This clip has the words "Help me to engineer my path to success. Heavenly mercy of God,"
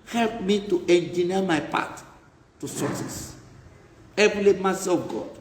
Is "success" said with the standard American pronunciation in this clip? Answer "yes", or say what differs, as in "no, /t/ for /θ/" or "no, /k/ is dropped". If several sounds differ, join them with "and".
no, /k/ is dropped